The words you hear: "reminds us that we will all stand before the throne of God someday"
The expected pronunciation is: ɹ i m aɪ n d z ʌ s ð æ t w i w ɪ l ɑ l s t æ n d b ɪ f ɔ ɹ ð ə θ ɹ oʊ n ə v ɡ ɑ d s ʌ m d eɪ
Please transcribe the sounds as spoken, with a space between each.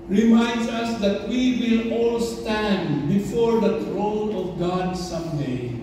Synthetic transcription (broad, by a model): ɹ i m aɪ n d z ʌ s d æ t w i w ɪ l ɑ l s t æ n d b ɪ f ɔ ɹ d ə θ ɹ oʊ n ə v ɡ ɑ d s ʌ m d eɪ